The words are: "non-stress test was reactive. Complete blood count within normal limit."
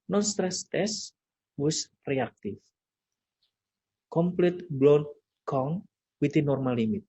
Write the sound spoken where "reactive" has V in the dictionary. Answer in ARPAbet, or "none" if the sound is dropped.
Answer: F